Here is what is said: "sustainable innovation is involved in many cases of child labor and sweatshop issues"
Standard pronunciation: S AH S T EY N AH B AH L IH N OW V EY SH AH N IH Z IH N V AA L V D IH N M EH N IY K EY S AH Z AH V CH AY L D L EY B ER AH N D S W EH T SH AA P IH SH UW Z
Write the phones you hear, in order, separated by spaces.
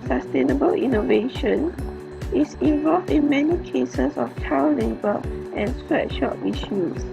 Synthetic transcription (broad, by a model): S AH S T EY N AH B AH L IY N OW V EY SH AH N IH S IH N V AA L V D IH N M EH N IY K EY S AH S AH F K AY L L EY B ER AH N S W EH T SH AA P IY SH UW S